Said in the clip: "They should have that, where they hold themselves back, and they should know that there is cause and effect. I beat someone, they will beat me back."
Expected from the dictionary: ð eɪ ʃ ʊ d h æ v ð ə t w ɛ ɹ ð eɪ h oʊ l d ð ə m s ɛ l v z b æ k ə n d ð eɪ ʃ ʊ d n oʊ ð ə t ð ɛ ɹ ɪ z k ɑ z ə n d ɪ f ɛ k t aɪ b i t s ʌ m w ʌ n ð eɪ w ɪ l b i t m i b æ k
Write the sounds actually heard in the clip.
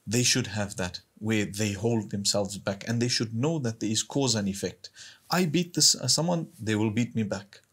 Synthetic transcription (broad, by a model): ð eɪ ʃ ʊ d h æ v ð ə t w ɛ ɹ ð eɪ h oʊ l d ð ə m s ɛ l v z b æ k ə n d ð eɪ ʃ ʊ d n oʊ ð ə t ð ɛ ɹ ɪ z k ɑ z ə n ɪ f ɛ k t aɪ b i t s ʌ m w ʌ n ð eɪ w ɪ l b i t m i b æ k